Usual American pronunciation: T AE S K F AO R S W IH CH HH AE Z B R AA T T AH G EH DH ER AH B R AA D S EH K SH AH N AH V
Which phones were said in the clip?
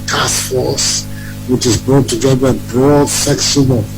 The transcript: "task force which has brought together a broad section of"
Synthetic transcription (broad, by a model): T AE S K F AO R S W IH CH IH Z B R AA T T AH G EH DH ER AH B R AA D S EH K S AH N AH